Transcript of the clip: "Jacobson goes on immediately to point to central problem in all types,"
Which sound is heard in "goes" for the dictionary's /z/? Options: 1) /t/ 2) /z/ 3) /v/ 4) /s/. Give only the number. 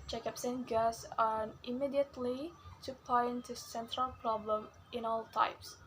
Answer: 4